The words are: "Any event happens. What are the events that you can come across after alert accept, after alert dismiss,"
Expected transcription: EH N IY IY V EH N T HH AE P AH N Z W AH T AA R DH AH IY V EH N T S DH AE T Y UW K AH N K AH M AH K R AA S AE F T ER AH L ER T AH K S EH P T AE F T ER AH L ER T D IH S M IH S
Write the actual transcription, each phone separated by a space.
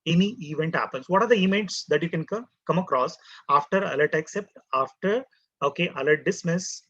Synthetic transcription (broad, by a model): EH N IY IY V EH N T HH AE P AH N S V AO T AA R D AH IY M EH T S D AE T Y UW K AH N K AH M AH K R AA S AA F T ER AH L ER T AH K S EH P T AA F T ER AH L ER T D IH S M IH S